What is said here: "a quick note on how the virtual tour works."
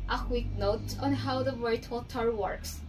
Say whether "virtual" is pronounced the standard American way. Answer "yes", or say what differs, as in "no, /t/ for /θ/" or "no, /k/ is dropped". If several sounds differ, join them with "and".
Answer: no, /tʃ/ is dropped